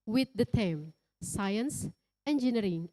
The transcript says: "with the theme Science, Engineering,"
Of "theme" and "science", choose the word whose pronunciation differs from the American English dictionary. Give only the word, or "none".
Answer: theme